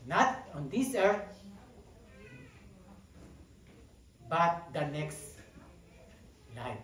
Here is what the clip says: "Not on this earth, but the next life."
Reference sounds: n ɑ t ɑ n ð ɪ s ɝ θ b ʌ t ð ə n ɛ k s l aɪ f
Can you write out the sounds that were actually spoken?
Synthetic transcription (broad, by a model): n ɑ t ɑ n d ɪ s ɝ t b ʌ t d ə n ɛ k s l aɪ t